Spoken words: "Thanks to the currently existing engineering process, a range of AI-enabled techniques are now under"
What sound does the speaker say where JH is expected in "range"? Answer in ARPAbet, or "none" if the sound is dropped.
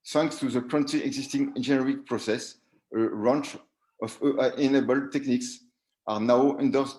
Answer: CH